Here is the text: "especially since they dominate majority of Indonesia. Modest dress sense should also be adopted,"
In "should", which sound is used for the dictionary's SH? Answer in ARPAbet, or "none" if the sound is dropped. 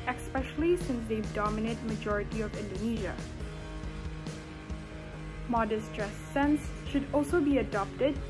SH